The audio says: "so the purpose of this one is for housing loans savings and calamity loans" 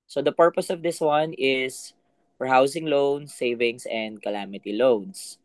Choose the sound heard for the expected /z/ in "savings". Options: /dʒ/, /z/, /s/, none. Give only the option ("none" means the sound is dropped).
/s/